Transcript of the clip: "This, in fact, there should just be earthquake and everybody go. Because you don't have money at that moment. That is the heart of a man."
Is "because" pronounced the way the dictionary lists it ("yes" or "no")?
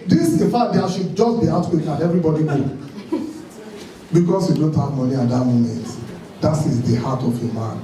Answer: no